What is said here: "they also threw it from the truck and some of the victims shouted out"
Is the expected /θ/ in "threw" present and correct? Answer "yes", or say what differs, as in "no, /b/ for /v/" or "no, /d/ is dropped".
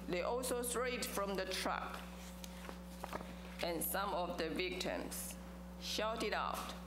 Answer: no, /t/ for /θ/